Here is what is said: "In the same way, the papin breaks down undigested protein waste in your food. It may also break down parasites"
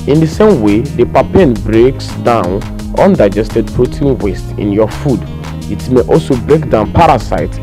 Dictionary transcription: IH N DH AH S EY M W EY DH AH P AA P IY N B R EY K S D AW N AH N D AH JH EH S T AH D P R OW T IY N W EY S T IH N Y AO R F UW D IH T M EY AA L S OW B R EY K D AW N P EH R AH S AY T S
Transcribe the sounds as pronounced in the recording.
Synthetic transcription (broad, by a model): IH N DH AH S EY M W EY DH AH P AA P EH N B R EY K S D AW N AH N D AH JH EH S T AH D P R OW T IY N W EY S T IH N Y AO F UW D IH T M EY AA L S OW B R EY K D AW N P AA R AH S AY T